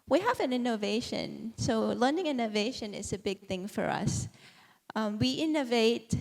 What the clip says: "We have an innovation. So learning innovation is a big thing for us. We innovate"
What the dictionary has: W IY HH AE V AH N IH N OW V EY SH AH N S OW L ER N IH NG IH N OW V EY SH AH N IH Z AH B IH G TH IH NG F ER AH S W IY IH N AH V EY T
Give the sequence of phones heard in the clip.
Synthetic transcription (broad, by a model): W IY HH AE V AH N IH N OW V EY SH AH N S OW L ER N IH NG IH N OW V EY SH AH N IH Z AH B IH G TH IH NG F ER AH S W IY IH N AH V EY T